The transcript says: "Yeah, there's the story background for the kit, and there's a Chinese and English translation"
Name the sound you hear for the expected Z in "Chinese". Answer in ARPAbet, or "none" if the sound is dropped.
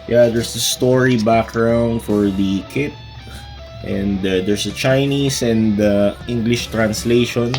S